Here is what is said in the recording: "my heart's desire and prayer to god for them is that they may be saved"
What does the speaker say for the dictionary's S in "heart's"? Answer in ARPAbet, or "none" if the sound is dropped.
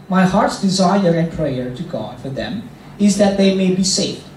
S